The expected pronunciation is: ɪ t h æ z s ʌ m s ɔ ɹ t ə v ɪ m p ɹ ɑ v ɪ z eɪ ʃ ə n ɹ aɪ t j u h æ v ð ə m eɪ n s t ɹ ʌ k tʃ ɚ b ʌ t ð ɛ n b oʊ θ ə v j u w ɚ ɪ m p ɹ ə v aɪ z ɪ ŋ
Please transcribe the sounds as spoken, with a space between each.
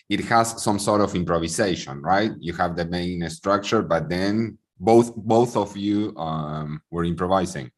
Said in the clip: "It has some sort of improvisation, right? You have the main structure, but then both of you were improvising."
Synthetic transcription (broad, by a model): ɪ t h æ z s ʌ m s ɔ ɹ t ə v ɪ m p ɹ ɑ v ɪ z eɪ ʃ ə n ɹ aɪ t j u h æ v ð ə m eɪ n s t ɹ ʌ k tʃ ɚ b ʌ t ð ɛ n b oʊ θ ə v j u w ɚ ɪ m p ɹ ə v aɪ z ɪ ŋ